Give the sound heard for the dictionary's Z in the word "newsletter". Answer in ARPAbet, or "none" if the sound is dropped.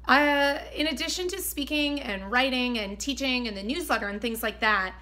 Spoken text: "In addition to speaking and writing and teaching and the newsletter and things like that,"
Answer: Z